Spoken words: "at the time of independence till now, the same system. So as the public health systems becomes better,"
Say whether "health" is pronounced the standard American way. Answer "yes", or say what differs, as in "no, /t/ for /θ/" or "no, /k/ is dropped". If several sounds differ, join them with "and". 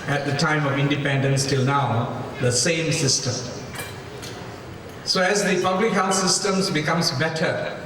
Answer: no, /f/ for /θ/